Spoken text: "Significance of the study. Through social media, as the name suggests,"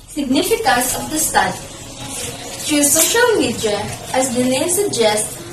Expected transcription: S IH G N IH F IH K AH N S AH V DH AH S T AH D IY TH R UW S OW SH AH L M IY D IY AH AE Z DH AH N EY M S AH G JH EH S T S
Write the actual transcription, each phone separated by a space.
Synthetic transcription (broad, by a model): S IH G N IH F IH K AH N S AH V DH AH S T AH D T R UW S OW SH AH L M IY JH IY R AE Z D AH L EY S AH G JH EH S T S